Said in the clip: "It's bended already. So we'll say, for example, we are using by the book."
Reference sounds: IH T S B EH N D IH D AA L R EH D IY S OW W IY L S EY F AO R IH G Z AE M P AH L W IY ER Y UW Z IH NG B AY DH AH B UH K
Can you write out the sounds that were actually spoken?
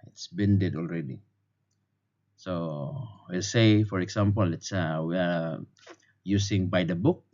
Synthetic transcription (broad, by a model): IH T S B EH N D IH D AA L R EH D IY S OW W IY L S EY F AO R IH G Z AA M P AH L W IY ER Y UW S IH NG B AY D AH B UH K